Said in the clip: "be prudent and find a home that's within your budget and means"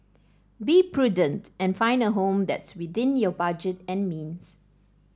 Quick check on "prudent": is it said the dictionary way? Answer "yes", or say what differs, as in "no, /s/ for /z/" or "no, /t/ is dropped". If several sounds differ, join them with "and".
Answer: yes